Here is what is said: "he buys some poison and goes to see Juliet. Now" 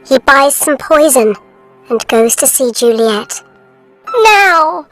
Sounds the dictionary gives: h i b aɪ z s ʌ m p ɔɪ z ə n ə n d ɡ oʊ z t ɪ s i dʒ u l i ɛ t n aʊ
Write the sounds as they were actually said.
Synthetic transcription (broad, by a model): h i b aɪ z s ʌ m p ɔɪ z ə n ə n ɡ oʊ z t ɪ s i dʒ u l i ɛ t n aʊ